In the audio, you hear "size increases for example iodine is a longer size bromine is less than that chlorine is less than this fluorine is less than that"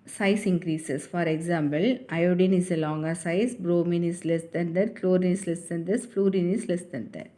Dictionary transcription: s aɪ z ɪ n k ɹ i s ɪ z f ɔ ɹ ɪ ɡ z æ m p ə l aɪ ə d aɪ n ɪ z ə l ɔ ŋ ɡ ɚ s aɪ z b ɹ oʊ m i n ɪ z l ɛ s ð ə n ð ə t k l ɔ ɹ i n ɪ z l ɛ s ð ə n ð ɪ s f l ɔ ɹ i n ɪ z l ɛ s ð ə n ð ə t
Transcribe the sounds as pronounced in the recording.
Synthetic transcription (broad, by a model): s aɪ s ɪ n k ɹ i s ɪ s f ɔ ɹ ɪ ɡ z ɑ m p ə l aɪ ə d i n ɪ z ə l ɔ ŋ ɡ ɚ s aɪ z b ɹ oʊ m i n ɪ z l ɛ s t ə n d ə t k l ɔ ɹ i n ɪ s l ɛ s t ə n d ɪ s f l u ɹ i n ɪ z l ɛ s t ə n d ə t